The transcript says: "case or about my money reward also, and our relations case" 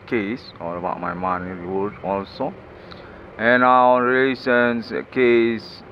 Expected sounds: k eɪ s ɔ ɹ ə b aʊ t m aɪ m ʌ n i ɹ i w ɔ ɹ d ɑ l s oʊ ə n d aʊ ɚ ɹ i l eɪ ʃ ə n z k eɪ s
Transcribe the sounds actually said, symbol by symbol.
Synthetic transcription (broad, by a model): k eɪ s ɔ l ə b aʊ t m aɪ m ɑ n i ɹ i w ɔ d ɑ l s oʊ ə n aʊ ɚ ɹ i l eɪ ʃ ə n s k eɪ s